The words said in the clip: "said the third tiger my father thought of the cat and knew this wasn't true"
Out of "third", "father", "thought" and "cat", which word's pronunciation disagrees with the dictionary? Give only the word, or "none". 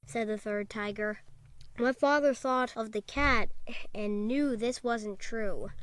none